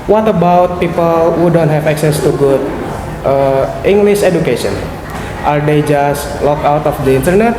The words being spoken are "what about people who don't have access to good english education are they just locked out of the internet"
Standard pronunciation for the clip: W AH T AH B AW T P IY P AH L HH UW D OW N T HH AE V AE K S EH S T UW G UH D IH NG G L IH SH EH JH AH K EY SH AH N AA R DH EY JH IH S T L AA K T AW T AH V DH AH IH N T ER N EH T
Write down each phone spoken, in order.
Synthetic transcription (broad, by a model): W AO T AH B AW T P IY P AH L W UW D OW N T HH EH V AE K S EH S T UW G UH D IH NG G L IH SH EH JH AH K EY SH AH N AA R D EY JH IH S T L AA K AW T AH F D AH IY N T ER N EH T